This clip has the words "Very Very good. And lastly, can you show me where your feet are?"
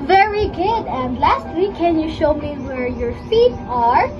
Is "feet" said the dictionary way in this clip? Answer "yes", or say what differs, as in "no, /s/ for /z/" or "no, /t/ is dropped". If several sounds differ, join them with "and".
yes